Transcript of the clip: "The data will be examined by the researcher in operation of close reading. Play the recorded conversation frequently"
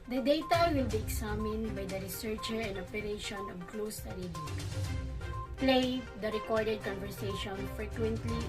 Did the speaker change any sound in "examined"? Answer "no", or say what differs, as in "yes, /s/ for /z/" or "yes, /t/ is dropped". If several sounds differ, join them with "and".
yes, /s/ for /z/